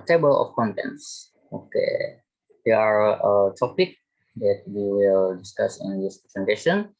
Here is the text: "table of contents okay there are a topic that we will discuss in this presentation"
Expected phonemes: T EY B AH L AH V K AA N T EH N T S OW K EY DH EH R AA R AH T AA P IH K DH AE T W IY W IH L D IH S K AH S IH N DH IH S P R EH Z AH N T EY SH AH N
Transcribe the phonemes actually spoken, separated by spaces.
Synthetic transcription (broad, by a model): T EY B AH L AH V K AA N T EH N T S OW K EY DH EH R AA R AH T AA P IH K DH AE T W IY W IH L D IH S K AH S IH N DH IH S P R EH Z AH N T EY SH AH N